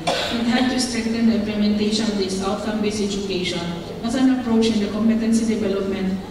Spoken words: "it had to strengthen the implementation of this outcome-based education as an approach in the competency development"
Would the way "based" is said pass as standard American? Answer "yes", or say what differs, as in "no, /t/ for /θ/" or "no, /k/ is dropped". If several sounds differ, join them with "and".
no, /t/ is dropped